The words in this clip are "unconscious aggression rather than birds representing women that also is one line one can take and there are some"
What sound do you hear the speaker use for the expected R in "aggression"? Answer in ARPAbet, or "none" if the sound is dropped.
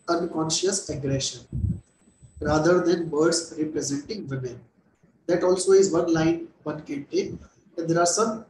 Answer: R